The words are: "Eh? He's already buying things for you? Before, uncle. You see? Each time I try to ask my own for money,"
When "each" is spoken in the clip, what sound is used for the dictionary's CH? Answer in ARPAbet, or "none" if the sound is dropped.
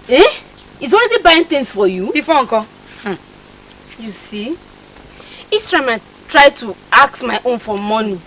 S